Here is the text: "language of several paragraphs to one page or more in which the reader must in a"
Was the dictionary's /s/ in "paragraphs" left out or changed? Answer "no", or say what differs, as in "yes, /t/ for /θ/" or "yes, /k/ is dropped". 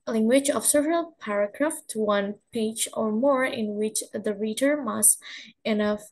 yes, /s/ is dropped